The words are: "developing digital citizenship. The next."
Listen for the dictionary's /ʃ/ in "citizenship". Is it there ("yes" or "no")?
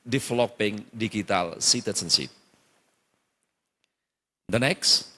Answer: no